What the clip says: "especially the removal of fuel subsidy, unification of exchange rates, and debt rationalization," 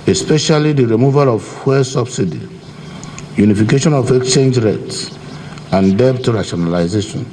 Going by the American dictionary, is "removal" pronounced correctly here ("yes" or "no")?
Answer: yes